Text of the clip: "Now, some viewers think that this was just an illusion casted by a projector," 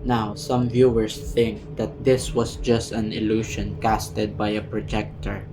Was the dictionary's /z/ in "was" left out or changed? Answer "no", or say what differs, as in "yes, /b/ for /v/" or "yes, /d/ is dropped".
yes, /s/ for /z/